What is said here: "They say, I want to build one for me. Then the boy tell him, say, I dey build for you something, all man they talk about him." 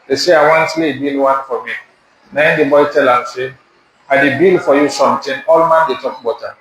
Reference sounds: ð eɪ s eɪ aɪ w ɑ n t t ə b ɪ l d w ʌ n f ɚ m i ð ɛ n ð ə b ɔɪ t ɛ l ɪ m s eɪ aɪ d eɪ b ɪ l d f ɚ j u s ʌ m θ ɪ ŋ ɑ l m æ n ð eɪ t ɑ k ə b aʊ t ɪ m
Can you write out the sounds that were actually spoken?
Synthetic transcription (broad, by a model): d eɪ s eɪ aɪ w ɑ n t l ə b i l w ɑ n f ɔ m i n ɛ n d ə b ɔɪ t ɛ l ɪ m s eɪ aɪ d eɪ b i l f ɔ j u s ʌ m t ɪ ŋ ɑ l m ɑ n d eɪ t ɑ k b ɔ t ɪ